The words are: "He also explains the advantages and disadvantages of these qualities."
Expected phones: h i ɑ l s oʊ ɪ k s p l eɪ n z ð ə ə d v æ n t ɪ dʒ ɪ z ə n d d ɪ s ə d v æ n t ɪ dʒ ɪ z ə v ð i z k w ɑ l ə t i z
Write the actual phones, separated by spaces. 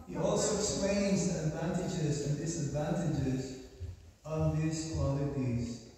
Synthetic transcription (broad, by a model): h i ɑ l s oʊ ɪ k s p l eɪ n z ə ə d v æ n t ɪ dʒ ɪ z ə n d d ɪ s ə d v æ n t ɪ dʒ ɪ z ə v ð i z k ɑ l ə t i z